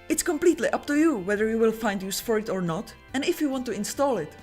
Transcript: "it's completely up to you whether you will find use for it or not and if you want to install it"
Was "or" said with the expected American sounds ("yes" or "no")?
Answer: yes